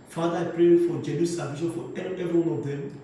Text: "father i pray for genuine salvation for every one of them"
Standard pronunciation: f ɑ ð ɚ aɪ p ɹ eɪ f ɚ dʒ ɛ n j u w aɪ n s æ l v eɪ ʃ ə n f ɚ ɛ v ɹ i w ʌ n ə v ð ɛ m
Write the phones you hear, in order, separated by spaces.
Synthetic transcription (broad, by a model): f ɑ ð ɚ aɪ p ɹ eɪ f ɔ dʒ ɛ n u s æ v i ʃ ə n f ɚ ɛ v ɹ i w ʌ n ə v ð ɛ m